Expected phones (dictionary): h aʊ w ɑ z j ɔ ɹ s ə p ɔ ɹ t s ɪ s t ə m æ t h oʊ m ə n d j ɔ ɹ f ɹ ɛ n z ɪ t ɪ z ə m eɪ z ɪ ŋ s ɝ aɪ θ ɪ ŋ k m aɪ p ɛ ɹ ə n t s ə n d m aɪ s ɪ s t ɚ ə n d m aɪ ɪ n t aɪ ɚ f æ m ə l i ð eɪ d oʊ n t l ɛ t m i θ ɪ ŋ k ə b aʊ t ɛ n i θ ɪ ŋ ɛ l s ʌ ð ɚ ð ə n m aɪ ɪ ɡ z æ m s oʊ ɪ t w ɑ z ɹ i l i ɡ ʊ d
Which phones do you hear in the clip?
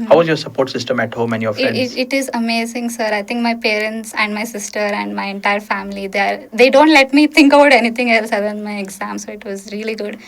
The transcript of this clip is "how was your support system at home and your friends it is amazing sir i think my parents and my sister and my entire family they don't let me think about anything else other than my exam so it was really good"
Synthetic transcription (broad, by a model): h aʊ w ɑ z j ɔ ɹ s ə p ɔ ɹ t s ɪ s t ə m æ t h oʊ m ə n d j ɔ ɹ f ɛ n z ɪ t ɪ z ə m eɪ z ɪ ŋ s ɝ aɪ t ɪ ŋ k m aɪ p ɛ ɹ ə n t s ə n d m aɪ s ɪ s t ɚ ə n d m aɪ ɪ n t aɪ ɚ f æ m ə l i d eɪ d oʊ n t l ɛ t m i t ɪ ŋ k ə b aʊ t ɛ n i t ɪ ŋ ɛ l s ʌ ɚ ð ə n m aɪ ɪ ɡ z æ m s oʊ ɪ t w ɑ z ɹ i l i ɡ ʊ d